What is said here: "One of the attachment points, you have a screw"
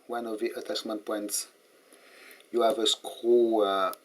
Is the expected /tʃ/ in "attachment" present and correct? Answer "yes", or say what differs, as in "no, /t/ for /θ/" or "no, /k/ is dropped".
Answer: no, /s/ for /tʃ/